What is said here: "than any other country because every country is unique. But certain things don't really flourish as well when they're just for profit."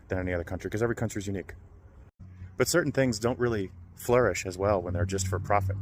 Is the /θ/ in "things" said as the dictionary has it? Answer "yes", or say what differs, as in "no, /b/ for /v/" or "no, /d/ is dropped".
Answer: yes